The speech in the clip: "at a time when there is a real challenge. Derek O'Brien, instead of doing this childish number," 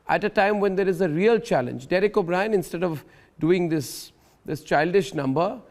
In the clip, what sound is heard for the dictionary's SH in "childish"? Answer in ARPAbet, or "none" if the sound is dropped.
SH